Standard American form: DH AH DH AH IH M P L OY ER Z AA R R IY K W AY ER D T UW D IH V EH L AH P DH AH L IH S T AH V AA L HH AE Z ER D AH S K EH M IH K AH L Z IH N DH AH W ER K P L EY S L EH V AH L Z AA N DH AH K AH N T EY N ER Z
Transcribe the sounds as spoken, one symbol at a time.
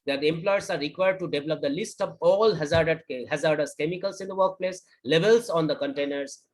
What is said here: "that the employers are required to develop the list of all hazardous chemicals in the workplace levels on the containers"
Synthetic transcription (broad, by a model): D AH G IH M P L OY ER S AA R R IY K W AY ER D T UW D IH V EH L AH P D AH L IH S T AH V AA L HH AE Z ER D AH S K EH M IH K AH L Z IH N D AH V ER K P L EY S L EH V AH L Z AA N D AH K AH N T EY N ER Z